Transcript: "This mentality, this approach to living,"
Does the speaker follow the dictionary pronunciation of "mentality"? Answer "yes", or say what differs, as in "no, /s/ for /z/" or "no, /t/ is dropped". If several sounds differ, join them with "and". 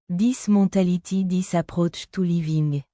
no, /n/ is dropped